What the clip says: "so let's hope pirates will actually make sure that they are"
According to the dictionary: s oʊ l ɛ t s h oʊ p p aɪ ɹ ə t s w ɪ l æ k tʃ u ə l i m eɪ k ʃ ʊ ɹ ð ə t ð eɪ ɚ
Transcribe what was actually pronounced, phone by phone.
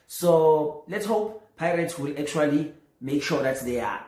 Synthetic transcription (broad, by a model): s oʊ l ɛ t s h oʊ p p aɪ ɹ ə t s w ɪ l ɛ k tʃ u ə l i m eɪ k ʃ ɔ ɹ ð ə t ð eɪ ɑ